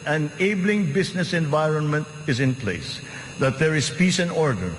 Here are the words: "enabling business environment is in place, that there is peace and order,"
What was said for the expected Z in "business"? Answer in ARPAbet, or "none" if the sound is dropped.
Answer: S